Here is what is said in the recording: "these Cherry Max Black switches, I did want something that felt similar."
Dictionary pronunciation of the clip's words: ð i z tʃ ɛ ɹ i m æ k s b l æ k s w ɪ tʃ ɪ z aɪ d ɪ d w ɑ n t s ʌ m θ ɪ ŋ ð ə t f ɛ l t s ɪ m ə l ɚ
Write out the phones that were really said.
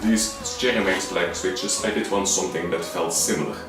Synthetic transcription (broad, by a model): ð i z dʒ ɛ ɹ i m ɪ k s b l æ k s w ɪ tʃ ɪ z aɪ d ɪ d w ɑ n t s ʌ m θ ɪ ŋ ð ə t f ɛ l t s ɪ m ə l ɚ